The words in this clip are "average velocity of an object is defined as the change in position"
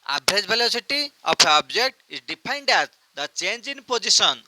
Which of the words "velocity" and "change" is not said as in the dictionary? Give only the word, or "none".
velocity